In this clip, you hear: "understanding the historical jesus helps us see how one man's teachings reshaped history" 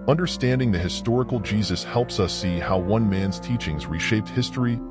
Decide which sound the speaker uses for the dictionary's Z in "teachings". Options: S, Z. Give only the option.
Z